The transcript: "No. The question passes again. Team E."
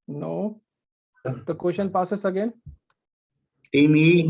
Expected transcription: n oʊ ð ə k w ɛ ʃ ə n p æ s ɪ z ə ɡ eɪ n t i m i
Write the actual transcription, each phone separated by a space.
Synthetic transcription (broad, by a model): n oʊ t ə k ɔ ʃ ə n p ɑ s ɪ s ə ɡ eɪ n t i m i